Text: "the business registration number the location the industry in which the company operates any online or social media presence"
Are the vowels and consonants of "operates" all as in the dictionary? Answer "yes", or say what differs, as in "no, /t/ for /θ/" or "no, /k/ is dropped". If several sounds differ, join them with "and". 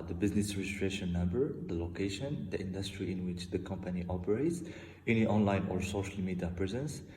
yes